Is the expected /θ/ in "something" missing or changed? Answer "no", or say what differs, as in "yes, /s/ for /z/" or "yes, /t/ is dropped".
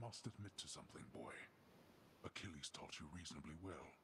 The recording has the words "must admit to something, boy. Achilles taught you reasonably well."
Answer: no